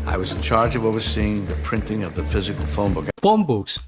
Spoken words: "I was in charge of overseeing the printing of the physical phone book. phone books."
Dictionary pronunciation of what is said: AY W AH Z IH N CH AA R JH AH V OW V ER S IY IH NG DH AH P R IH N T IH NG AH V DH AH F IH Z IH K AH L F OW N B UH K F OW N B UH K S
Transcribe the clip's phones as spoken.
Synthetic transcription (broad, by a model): AY W AH Z IH N CH AA R JH AH V OW V ER S IY IH NG DH AH P R IH N T IH NG AH V DH AH F IH Z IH K L F OW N B UH K F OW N B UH K S